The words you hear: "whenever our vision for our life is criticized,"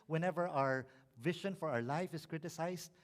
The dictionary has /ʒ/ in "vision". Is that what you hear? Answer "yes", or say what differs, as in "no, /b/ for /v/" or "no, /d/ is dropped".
no, /ʃ/ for /ʒ/